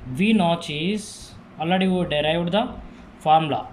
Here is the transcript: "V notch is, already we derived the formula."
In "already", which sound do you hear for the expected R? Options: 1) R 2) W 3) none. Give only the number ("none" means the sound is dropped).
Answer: 3